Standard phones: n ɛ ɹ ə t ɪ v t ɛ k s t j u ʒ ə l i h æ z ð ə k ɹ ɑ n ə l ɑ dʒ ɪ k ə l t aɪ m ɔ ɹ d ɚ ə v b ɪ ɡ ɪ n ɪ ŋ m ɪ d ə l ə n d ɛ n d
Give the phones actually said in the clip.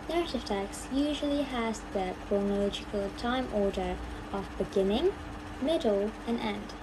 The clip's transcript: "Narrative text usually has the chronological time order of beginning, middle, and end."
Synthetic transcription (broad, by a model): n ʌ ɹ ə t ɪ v t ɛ k s j u ʒ ə l i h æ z ð ə k ɹ ɑ n ə l ɑ dʒ ɪ k ə l t aɪ m ɔ ɹ d ɚ ə v b ɪ ɡ ɪ n ɪ ŋ m ɪ d l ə n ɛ n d